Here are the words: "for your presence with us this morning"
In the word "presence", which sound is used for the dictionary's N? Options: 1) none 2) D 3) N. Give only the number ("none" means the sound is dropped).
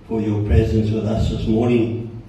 3